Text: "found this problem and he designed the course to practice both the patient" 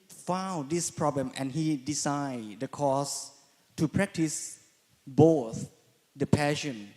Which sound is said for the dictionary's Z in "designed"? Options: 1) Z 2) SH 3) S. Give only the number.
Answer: 3